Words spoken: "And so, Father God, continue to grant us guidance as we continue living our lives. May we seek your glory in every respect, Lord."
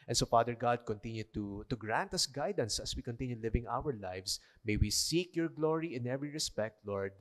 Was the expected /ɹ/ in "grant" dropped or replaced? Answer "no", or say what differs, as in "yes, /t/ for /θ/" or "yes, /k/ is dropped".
no